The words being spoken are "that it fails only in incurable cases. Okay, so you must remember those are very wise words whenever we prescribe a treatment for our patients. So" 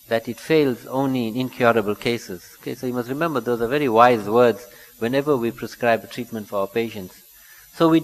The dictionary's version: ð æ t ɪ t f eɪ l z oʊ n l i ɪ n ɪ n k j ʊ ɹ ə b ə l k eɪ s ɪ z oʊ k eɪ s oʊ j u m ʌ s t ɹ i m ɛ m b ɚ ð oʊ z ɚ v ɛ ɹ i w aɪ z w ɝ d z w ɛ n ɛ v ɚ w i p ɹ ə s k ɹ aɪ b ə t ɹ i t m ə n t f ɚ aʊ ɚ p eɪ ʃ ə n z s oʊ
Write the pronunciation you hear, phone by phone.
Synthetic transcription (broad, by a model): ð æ t ɪ t f eɪ l z oʊ n l i ɪ n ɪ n k j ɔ ɹ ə b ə l k eɪ s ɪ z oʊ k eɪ s oʊ j u m ʌ s t ɹ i m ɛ m b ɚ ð oʊ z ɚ v ɛ ɹ i w aɪ z w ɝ d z w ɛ n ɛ v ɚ w i p ɹ ə s k ɹ aɪ b ə t ɹ i t m ə n t f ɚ aʊ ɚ p eɪ ʃ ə n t s oʊ